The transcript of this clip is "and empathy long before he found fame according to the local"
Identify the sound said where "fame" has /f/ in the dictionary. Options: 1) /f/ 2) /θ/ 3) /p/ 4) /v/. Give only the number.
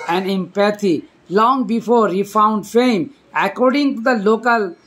1